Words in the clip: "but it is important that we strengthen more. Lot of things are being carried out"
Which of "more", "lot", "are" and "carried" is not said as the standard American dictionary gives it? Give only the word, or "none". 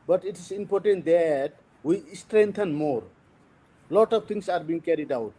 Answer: none